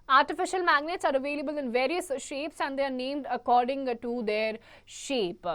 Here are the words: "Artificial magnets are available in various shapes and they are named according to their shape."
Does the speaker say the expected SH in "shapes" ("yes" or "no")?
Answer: yes